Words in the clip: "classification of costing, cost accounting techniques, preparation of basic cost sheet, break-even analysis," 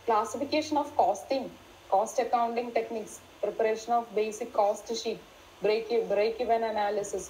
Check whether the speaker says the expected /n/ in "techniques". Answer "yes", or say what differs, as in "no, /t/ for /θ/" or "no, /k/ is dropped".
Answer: yes